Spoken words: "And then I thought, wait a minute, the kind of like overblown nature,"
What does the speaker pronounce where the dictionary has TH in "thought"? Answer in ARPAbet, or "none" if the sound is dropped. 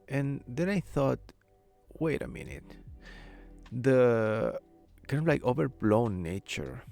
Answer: TH